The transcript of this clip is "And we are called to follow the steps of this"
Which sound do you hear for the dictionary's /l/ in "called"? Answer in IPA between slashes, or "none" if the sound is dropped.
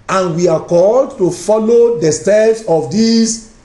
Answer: /l/